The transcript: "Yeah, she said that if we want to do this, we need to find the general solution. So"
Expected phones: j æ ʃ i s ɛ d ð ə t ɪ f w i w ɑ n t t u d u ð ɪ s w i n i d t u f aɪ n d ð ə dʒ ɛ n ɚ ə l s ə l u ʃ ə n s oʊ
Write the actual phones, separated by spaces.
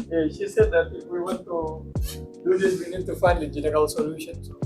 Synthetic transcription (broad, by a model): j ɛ ʃ i s ɛ d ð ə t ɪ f w i w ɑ n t t u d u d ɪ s w i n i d t u f aɪ n d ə dʒ ɛ n ɚ ə l s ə l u ʃ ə n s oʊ